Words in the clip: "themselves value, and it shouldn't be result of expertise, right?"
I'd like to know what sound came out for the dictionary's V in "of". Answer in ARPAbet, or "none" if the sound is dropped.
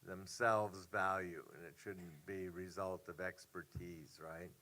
V